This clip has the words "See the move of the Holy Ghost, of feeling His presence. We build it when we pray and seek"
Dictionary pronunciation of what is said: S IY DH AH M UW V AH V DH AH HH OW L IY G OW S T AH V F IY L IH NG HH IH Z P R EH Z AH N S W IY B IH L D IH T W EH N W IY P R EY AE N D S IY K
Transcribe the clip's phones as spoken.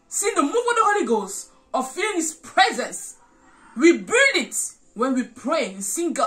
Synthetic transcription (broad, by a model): S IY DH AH M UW AH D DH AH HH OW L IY G OW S AH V F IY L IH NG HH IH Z P R EH Z AH N S W IY B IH L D IH T W EH N W IY P R EY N S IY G